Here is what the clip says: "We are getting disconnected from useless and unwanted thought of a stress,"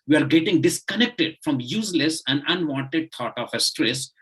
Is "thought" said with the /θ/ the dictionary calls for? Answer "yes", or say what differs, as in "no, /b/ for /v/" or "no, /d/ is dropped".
no, /t/ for /θ/